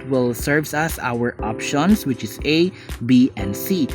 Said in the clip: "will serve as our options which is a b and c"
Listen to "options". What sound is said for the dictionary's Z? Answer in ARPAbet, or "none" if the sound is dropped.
S